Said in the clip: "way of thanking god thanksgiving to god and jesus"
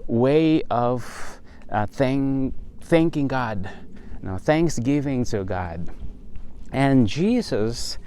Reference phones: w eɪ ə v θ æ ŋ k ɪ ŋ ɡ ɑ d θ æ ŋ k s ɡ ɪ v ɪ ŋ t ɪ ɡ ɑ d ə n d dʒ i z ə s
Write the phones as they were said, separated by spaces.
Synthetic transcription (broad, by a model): w eɪ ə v θ æ ŋ k ɪ ŋ ɡ ɑ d θ æ ŋ k s ɡ ɪ v ɪ ŋ t ɪ ɡ ɑ d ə n dʒ i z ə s